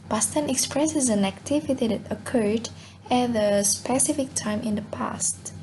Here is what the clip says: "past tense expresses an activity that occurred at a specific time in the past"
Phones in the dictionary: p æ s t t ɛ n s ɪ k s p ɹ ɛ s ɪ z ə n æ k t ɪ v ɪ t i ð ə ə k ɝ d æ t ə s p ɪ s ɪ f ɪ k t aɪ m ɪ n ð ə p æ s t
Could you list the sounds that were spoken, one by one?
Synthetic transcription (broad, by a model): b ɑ s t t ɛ n ɪ k s p ɹ ɛ s ɪ z ə n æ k t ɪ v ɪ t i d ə ə k ɝ d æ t ə s p ɪ s ɪ f ɪ k t aɪ m ɪ n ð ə p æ s t